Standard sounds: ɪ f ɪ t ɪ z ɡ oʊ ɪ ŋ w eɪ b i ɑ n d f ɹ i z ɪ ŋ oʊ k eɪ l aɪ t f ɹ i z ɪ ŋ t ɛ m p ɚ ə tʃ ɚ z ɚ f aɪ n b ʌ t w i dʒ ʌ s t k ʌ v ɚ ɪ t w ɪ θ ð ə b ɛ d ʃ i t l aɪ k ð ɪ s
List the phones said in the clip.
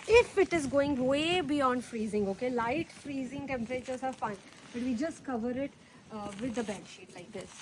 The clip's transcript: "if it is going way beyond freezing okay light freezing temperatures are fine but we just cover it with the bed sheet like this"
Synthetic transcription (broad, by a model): ɪ f ɪ t ɪ z ɡ oʊ ɪ ŋ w eɪ b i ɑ n d f ɹ i z ɪ ŋ oʊ k eɪ l aɪ t f ɹ i z ɪ ŋ t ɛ m p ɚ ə tʃ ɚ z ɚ f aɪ n b ʌ t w i dʒ ʌ s t k ʌ v ɚ ɪ t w ɪ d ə b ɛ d ʃ i t l aɪ k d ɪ s